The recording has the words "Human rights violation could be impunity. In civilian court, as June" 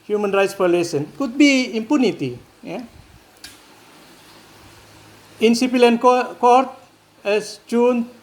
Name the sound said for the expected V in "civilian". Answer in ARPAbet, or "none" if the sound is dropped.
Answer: P